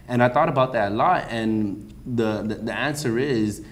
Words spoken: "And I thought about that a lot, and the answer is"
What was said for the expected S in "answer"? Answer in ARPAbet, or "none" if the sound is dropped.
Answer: S